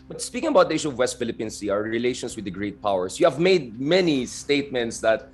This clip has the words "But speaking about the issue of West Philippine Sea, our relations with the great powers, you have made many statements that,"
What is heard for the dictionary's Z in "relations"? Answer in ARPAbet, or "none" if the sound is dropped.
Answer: S